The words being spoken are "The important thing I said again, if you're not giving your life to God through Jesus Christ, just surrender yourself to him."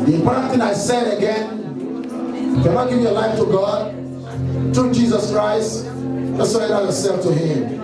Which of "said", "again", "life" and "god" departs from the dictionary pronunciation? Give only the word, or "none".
none